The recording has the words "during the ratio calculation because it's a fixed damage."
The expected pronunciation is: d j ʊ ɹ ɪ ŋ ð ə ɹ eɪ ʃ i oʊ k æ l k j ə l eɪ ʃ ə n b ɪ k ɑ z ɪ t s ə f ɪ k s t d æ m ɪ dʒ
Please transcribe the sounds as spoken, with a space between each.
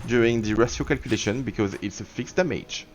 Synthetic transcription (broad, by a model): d j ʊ ɹ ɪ ŋ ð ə ɹ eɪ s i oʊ k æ l k j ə l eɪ ʃ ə n b ɪ k ɑ z ɪ t s ə f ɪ k s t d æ m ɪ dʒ